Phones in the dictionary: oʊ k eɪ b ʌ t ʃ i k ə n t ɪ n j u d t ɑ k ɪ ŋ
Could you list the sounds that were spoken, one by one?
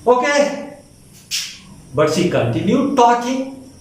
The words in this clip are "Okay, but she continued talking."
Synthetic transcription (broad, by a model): oʊ k eɪ b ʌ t s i k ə n t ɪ n j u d t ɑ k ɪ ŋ